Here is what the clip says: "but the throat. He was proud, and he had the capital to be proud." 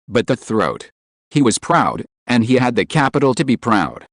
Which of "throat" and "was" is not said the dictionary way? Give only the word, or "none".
none